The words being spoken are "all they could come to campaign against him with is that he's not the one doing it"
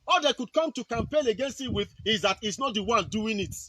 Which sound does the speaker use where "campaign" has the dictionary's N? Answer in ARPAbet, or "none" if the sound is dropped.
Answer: L